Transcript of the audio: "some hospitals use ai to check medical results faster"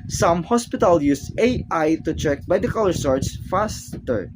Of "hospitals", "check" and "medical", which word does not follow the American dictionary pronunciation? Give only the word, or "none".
hospitals